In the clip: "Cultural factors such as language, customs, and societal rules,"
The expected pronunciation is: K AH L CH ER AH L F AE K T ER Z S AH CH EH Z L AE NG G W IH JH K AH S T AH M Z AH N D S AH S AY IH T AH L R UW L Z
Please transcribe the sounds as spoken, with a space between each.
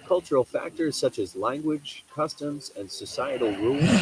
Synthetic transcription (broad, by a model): K AH L CH ER L F AE K T ER Z S AH CH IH Z L AE NG G W IH JH K AH S T AH M Z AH N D S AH S AY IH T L R UW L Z